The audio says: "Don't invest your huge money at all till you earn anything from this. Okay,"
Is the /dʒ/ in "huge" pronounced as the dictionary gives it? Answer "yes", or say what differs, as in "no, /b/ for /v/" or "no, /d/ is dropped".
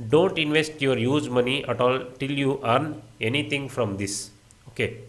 no, /z/ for /dʒ/